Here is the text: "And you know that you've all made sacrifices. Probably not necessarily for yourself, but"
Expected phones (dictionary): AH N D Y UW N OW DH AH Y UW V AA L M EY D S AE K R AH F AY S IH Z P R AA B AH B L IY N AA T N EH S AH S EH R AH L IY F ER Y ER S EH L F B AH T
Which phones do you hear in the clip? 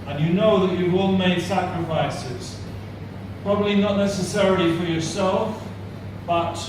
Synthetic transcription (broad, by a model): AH N Y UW N OW DH AH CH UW W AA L M EY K S AE K R AH F AY S IH Z P R AA B AH B L IY N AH T N EH S AH S EH R AH L IY F ER Y ER S EH L F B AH T